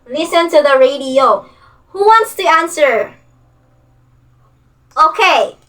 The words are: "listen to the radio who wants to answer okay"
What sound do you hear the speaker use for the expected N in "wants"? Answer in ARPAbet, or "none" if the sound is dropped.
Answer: N